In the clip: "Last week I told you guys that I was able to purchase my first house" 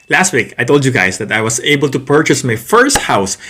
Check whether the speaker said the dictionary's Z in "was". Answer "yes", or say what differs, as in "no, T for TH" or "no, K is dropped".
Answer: no, S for Z